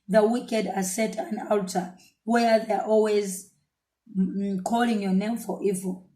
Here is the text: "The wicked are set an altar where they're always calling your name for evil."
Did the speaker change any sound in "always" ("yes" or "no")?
no